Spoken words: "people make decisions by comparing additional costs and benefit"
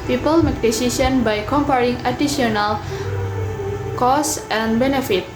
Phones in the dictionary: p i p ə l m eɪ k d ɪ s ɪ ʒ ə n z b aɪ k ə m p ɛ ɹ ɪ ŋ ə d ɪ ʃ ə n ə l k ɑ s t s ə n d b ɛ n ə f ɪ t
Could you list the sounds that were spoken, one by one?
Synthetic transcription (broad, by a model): p i p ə l m eɪ k d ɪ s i s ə n b aɪ k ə m p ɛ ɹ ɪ ŋ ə d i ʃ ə n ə l k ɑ s t ə n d b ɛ n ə f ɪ t